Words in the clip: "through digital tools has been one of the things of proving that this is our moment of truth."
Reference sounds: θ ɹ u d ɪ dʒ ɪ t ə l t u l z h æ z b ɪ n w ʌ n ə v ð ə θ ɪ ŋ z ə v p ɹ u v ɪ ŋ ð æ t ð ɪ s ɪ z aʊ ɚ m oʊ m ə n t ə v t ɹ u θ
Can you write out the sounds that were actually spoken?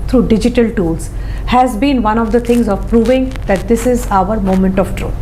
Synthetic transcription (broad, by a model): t ɹ u d ɪ dʒ ɪ t ə l t u l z h æ z b ɪ n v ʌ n ə v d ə t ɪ ŋ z ə v p ɹ u v ɪ ŋ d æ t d ɪ s ɪ z aʊ ɚ m oʊ m ə n t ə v t ɹ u